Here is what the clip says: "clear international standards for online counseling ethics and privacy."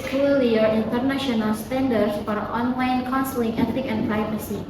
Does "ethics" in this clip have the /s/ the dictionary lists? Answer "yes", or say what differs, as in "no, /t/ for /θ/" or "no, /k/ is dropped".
no, /s/ is dropped